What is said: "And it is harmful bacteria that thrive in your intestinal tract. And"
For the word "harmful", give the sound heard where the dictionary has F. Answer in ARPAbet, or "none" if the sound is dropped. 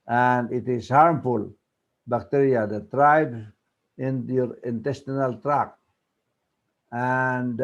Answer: F